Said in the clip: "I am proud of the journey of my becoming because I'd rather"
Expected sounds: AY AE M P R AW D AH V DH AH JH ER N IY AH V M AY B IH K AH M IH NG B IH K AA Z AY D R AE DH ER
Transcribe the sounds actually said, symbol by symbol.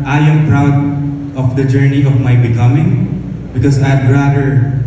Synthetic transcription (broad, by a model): AY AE M P R AW D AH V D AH JH ER N IY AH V M AY B IH K AH M IH NG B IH K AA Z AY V R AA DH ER